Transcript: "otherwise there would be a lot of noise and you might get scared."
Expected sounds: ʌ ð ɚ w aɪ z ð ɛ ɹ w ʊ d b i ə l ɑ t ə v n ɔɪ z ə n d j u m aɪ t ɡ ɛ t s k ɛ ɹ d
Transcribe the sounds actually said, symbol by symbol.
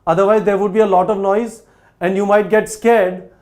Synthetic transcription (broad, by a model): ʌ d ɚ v aɪ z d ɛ ɹ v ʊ d b i ə l ɑ t ə v n ɔɪ z ə n d j u m aɪ t ɡ ɛ t s k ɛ ɹ d